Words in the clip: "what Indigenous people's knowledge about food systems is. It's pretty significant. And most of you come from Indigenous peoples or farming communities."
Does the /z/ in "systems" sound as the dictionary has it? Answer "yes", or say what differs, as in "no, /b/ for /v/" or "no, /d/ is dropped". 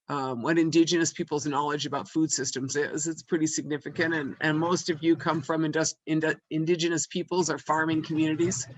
yes